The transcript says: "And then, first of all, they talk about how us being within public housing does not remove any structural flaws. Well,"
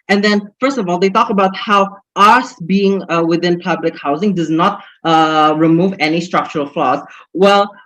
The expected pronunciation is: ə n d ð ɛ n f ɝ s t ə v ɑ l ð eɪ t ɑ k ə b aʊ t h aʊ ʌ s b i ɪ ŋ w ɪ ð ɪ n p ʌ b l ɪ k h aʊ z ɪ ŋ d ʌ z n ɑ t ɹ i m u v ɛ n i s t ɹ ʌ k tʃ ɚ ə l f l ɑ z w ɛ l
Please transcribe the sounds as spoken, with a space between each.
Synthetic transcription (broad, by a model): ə n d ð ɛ n f ɝ s t ə v ɑ l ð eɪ t ɑ k ə b aʊ t h aʊ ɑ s b i ɪ ŋ w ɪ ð ɪ n p ʌ b l ɪ k h aʊ z ɪ ŋ d ʌ z n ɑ t ɹ i m u v ɛ n i s t ɹ ʌ k tʃ ɚ ə l f l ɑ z w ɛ l